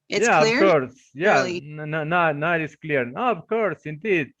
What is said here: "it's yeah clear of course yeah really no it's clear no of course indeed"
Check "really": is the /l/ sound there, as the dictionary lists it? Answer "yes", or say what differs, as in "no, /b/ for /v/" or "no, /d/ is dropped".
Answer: no, /n/ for /l/